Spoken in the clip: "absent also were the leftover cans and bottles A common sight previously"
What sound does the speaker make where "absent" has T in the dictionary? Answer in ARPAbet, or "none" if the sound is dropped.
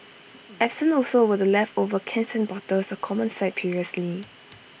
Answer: none